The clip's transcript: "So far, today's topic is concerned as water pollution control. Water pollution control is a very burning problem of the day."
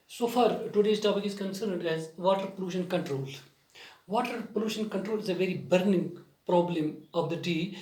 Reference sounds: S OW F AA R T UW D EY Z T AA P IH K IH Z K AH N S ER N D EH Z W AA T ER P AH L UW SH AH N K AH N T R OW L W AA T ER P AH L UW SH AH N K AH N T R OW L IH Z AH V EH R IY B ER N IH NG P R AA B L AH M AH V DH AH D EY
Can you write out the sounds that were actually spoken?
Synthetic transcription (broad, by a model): S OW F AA R T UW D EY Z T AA B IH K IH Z K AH N S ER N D EH Z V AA T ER P AH L UW SH AH N K AH N T R OW L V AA T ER P AH L UW SH AH N K AH N T R OW L IH Z AH V EH R IY B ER N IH NG P R AA B L AH M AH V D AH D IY